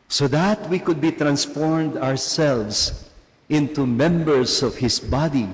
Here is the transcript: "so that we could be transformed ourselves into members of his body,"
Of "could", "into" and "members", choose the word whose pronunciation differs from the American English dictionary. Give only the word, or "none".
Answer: members